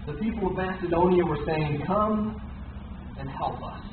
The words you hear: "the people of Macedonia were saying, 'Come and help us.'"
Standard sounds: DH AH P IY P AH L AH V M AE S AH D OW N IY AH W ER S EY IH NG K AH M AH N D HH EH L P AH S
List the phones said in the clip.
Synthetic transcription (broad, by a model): DH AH P IY P L AH V M AE S AH D OW N IY AH W ER S EY IH NG K AH M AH N HH EH L P AH S